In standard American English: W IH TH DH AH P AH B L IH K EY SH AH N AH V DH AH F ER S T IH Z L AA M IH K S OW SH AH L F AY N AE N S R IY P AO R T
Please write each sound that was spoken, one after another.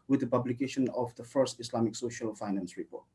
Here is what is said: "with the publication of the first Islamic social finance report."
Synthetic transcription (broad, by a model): W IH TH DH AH P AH B L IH K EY SH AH N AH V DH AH F ER S T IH S L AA M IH K S OW SH AH L F AY N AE N S R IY P AO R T